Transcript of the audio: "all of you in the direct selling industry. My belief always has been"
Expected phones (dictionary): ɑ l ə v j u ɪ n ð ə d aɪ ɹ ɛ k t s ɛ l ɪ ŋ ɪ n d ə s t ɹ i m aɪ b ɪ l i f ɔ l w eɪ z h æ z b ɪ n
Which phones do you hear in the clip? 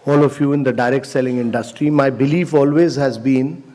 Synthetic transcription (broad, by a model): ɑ l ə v j u ɪ n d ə d aɪ ɹ ɛ k t s ɛ l ɪ ŋ ɪ n d ə s t ɹ i m aɪ b ɪ l i f ɔ l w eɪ z h æ z b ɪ n